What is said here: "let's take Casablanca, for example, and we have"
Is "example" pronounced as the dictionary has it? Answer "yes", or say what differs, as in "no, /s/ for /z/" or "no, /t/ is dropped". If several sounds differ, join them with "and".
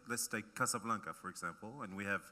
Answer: yes